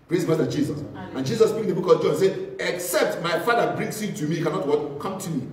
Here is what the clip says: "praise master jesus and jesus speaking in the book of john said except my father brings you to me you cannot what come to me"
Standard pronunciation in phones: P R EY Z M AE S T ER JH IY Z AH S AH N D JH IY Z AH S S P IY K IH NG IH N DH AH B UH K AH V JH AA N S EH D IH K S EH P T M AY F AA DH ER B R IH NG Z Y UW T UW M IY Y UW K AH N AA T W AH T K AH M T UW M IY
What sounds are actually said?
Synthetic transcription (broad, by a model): P R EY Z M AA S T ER JH IY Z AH S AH N JH IY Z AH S S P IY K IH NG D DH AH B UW K AH V JH AA N S EH IH K S EH P T M AY F AA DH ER B R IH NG S Y UW T UW M IY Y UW K AH N AA T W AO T K AH M T UW M IY